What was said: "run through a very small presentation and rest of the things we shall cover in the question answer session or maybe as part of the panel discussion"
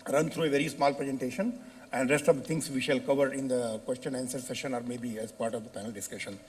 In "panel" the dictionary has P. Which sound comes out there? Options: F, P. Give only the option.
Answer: F